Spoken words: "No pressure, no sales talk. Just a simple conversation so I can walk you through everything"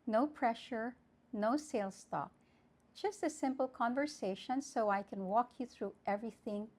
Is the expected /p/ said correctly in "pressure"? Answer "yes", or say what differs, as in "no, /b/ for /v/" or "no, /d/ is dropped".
yes